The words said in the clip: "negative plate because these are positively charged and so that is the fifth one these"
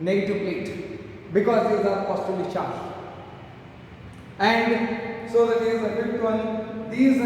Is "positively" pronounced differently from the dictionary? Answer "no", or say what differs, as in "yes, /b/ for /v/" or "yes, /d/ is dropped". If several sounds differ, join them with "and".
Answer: yes, /v/ is dropped